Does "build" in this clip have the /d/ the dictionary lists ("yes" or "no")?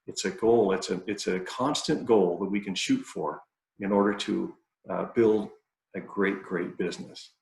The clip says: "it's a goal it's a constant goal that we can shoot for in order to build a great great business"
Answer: yes